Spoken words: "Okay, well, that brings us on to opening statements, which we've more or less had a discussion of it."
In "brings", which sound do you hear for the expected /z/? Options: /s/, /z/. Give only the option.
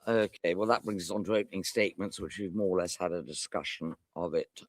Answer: /z/